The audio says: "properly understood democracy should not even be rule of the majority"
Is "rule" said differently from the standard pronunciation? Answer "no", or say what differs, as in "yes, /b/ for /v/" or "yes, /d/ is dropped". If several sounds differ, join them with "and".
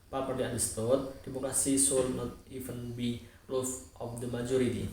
yes, /l/ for /ɹ/